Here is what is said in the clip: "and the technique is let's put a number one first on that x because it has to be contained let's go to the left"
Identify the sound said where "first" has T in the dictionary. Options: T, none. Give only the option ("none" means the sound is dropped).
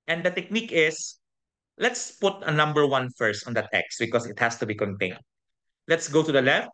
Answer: T